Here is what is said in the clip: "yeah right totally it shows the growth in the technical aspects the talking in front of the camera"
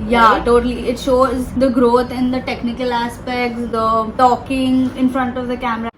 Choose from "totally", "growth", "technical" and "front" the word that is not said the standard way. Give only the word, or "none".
growth